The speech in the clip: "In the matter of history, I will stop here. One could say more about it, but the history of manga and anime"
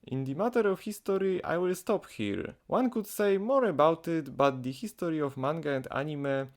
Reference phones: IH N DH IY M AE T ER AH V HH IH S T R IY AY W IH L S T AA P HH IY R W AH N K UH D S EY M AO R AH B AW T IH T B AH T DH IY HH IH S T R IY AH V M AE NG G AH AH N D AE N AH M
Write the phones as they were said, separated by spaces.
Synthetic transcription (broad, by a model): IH N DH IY M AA T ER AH F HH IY S T R IY AY W IH L S T AA P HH IY R W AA N K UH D S EY M AO R AH B AW T IH T B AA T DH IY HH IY S T R IY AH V M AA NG G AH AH N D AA N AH M